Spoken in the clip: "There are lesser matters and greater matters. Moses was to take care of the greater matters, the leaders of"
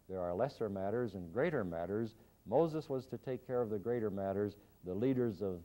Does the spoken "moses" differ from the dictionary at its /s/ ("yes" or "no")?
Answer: no